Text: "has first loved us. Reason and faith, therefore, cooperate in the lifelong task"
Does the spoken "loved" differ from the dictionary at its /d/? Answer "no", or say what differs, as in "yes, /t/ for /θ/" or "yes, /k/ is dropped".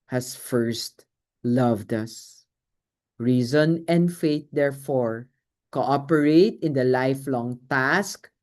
no